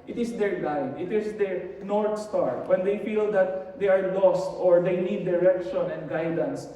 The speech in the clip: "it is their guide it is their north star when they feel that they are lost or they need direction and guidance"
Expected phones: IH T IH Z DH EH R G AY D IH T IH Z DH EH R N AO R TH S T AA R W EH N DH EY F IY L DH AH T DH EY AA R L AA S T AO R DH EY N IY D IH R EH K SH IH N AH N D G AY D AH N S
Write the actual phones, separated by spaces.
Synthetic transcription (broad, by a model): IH T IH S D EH R G AY D IH T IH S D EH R N AO R T S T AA R W EH N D EY F IY L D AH T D EY AA R L AA S T AO R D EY N IY D IH R EH K SH IH N AH N D G AY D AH N S